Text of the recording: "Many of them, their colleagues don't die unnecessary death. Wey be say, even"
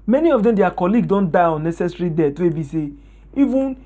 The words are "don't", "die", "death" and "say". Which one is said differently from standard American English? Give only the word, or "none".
death